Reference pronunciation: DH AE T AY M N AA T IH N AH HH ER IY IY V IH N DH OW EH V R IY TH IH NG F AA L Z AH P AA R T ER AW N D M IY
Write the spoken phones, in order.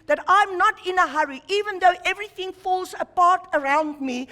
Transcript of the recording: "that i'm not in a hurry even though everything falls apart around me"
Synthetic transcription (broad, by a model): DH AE T AY M N AA T IH N AH HH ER IY IY V IH N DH OW EH V R IY TH IH NG F AA L Z AH P AA R T ER AW N D M IY